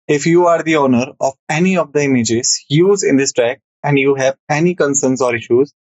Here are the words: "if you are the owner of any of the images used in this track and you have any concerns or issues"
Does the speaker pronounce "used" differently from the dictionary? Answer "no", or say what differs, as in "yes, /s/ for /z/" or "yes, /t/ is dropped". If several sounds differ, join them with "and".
yes, /d/ is dropped